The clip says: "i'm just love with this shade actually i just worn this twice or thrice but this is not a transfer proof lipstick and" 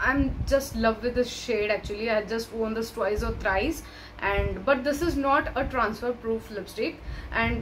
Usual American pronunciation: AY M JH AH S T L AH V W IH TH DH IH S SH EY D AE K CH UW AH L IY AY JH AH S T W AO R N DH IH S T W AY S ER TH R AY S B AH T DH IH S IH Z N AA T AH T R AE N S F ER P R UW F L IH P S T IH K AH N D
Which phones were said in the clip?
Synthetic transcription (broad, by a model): AY M JH AH S T L AH V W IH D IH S SH EY D AE K CH UW AH L IY AY JH AH S T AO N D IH S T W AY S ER T R AY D B AH T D IH S IH Z N AA T AH T R AE N S F ER P R UW F L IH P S T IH K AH N D